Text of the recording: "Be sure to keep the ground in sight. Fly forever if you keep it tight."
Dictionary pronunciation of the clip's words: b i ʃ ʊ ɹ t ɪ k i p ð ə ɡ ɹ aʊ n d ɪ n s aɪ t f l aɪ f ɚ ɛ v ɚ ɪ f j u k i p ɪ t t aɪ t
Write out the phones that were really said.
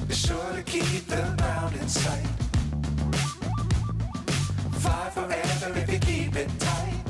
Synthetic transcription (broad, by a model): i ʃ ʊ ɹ t ɪ k i p ð ə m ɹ aʊ n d ɪ n s aɪ t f aɪ f ɚ ɛ v ɚ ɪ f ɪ k i p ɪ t t aɪ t